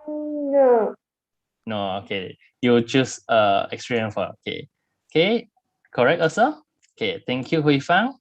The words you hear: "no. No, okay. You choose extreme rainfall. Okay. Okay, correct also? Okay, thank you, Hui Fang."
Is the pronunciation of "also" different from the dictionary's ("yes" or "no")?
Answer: yes